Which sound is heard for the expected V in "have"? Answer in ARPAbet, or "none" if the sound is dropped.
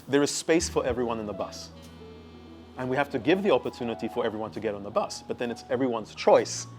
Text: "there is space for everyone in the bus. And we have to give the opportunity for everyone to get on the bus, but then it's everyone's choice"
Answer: F